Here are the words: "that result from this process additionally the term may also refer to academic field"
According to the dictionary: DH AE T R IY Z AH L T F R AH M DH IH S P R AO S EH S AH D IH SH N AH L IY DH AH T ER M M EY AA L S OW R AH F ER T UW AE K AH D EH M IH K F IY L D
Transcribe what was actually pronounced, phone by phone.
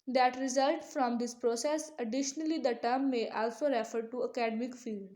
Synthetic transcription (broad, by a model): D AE T R IY Z AH L T F R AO M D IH S P R AO S EH S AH D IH SH N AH L IY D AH T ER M M EY AA L S OW R AH F ER T UW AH K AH D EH M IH K F IY L D